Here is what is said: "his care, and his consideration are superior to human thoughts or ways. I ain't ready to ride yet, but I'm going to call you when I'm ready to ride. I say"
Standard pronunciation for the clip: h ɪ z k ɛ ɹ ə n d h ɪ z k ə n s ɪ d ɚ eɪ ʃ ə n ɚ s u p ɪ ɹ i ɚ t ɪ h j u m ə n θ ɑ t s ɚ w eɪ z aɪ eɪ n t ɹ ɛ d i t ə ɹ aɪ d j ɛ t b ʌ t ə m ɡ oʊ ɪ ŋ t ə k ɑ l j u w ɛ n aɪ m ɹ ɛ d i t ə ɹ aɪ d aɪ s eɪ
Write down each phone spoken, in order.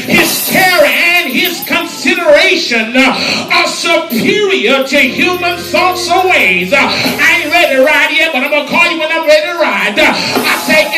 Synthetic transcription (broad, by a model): h ɪ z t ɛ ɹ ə n ɪ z k ə n s ɪ d ɚ eɪ ʃ ə n ɚ s u p ɪ ɹ i ɚ t ɪ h j u m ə n θ ɑ t s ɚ w eɪ z aɪ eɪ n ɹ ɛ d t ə ɹ aɪ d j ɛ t b ʌ t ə ɪ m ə k ɑ l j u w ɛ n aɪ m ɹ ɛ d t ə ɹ aɪ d aɪ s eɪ